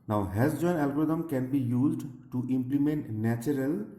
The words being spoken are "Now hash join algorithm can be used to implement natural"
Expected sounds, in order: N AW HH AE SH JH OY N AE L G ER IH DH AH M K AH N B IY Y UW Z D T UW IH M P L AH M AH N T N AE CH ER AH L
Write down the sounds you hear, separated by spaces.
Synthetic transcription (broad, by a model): N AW HH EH S JH OY N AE L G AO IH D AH M K AH N B IY Y UW Z D T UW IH M P L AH M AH N T N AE CH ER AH L